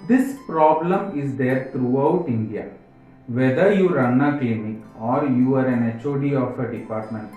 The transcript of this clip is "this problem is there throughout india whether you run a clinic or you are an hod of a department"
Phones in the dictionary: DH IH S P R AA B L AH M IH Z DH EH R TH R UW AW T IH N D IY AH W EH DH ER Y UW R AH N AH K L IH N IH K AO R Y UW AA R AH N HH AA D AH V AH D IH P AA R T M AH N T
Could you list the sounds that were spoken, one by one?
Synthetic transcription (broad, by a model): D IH S P R AA B L AH M IH Z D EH R T R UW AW T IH N D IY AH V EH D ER Y UW R AH N AH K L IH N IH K AO R Y UW AA R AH N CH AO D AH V AH D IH P AA R T M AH N T